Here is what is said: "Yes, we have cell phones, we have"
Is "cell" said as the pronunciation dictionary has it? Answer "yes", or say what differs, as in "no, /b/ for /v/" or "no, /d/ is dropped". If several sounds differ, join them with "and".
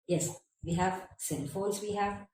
no, /n/ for /l/